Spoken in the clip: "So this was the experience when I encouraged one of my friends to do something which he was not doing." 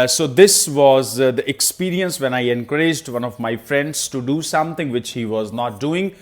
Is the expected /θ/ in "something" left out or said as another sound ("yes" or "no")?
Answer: yes